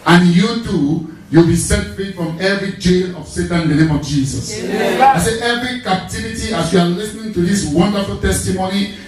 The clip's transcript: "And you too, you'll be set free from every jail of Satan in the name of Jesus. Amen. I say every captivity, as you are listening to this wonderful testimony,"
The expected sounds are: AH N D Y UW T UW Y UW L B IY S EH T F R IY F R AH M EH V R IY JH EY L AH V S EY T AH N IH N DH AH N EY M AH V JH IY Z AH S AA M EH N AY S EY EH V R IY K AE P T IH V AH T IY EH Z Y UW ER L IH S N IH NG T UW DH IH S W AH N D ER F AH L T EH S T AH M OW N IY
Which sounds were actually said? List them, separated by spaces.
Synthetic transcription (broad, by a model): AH N Y UW T UW Y UW L B IY S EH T F R IY F R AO M EH V R IY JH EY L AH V S EY T AH N IH N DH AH N EY M AH V JH IY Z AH S AA IH S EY EH V R IY K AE P T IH V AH T IY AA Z Y UW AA L IH S N IH NG T UW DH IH S W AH N D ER F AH L T EH S T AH M OW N IY